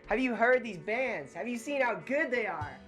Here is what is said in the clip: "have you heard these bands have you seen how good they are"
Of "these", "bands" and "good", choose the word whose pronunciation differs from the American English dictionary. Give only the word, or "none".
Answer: none